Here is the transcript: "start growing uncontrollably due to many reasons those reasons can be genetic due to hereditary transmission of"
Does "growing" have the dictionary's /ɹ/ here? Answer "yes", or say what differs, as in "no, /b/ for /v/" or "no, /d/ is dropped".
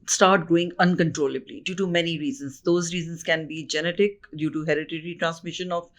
no, /ɹ/ is dropped